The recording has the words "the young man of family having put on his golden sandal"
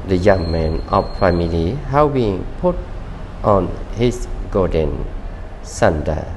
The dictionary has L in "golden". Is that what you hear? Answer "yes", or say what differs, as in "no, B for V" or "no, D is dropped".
no, L is dropped